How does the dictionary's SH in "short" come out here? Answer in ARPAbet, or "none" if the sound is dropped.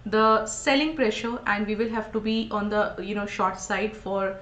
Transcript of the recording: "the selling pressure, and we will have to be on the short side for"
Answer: SH